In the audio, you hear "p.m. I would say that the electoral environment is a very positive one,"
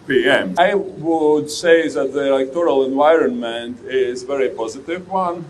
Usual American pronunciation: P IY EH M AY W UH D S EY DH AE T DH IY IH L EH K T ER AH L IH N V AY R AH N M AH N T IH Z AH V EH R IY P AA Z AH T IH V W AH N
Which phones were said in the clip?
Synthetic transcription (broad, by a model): P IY EH M AY W UH D S EY DH AE T DH IY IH L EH K T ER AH L IH N V AY R AH N M AH N T IH Z V EH R IY P AA Z AH T IH V W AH N